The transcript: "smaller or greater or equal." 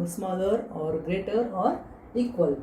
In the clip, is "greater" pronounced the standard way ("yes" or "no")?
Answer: yes